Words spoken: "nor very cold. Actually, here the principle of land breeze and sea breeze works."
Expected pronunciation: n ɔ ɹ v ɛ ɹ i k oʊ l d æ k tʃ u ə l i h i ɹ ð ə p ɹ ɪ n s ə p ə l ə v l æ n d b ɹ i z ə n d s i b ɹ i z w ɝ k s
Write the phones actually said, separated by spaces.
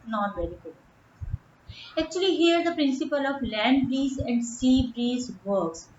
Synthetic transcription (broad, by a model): n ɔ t v ɛ ɹ i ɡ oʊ d æ k tʃ u ə l i h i ɹ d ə p ɹ ɪ n s ə p ə l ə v l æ n d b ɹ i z ə n d s i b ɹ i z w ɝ k s